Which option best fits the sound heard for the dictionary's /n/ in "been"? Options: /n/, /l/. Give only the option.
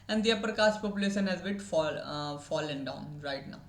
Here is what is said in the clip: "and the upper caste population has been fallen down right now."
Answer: /l/